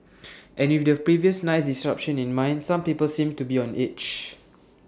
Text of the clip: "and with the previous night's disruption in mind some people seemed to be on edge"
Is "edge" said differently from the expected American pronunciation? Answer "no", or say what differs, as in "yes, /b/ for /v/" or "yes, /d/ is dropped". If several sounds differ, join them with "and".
yes, /tʃ/ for /dʒ/